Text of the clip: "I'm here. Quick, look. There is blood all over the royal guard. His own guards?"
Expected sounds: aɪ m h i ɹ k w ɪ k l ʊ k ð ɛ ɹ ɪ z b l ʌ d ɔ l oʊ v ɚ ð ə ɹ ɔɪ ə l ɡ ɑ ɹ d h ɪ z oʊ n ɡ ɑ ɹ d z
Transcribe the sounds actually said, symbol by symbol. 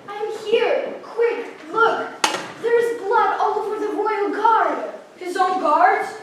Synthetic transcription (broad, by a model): aɪ m h i ɹ k w ɪ k l ʊ k ð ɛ ɹ ɪ z b l ʌ d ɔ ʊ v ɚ ð ə ɹ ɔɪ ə l ɡ ɑ ɹ d h ɪ z oʊ n ɡ ɑ ɹ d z